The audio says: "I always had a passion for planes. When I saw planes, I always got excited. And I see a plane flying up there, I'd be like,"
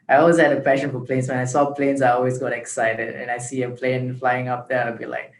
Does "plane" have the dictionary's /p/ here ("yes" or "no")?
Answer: yes